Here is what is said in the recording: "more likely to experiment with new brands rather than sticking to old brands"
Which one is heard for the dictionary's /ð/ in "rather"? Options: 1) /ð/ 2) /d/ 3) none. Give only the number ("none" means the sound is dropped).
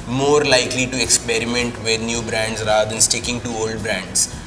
3